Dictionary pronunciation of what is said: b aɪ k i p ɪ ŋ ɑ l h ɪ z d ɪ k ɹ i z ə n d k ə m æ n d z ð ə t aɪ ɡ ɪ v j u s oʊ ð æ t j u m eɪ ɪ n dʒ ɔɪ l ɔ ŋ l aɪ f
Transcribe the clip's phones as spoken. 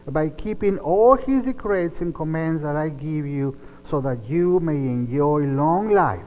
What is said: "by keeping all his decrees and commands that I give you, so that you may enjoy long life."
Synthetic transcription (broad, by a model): b aɪ k i p ɪ ŋ ɑ l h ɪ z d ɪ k ɹ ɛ s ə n k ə m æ n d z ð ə t aɪ ɡ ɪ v j u s oʊ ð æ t j u m eɪ ɪ n dʒ ɔɪ l ɔ ŋ l aɪ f